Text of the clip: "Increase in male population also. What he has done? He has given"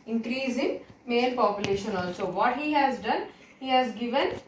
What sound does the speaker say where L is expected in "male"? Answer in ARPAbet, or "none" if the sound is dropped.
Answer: N